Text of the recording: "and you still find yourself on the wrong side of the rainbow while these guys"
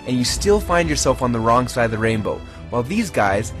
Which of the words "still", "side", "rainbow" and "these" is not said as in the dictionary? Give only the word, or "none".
none